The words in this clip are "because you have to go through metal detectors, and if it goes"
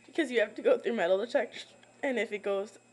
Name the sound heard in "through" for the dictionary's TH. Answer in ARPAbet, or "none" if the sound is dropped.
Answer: TH